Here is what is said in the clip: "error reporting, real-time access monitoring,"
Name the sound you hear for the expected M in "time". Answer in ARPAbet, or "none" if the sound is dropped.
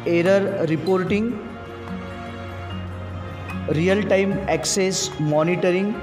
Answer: M